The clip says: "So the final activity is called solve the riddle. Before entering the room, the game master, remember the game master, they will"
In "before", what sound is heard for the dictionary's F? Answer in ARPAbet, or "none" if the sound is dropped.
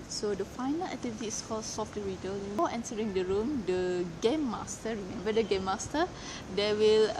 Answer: none